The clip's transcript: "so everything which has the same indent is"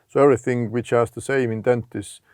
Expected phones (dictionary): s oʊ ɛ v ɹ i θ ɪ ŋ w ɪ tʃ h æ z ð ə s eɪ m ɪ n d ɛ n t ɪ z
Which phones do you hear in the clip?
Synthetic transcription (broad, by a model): s oʊ ɛ v ɹ i θ ɪ ŋ w ɪ tʃ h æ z ð ə s eɪ m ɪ n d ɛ n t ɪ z